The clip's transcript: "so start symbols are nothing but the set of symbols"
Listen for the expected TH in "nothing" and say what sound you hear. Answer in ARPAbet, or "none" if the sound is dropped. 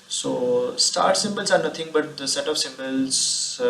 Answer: T